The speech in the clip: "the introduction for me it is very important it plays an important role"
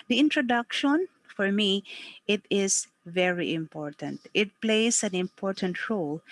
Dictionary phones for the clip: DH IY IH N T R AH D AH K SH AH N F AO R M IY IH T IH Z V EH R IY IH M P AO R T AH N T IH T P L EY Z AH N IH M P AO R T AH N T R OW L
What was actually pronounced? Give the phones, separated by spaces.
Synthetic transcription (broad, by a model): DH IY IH N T R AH D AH K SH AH N F AO R M IY IH T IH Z V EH R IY IH M P AO R T AH N T IH T P L EY S AH N IH M P AO R T AH N T R OW L